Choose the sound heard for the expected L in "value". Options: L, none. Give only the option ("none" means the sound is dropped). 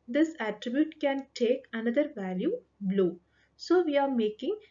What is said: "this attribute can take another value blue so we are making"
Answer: L